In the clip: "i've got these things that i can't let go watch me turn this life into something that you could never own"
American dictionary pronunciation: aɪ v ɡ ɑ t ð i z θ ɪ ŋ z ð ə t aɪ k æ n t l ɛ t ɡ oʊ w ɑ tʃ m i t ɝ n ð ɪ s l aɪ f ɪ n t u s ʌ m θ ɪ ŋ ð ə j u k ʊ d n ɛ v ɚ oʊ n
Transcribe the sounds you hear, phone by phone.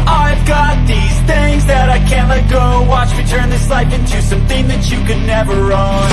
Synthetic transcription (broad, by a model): aɪ v ɡ ɑ t ð i z θ ɪ ŋ z ð ə t aɪ k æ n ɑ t ɡ oʊ w ɑ tʃ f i t ɝ n ð ɪ s l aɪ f ɪ n t u s ʌ m θ ɪ ŋ ð ə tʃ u k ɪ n ɛ v ɚ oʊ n